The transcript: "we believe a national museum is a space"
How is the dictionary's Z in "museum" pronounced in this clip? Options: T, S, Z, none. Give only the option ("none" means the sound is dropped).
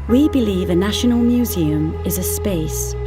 Z